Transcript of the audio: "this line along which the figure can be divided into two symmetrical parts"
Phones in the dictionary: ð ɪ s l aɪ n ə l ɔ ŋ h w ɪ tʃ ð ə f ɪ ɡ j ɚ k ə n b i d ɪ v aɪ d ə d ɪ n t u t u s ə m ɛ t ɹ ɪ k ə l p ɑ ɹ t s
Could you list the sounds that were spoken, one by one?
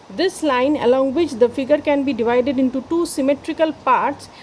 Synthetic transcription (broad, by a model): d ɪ s l aɪ n ə l ɔ ŋ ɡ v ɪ tʃ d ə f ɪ ɡ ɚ k ə n b i d ɪ v aɪ d ə d ɪ n t u t u s ə m ɛ t ɹ ɪ k ə l p ɑ ɹ t s